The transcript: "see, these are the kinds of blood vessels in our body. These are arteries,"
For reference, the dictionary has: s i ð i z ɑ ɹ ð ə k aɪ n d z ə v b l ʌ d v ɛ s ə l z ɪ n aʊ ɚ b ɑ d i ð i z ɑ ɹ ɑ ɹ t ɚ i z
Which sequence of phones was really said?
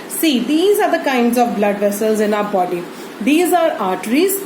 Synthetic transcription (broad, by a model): s i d i z ɑ ɹ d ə k aɪ n d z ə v b l ʌ d v ɛ s ə l z ɪ n aʊ ɚ b ɑ d i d i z ɑ ɹ ɑ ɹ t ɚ i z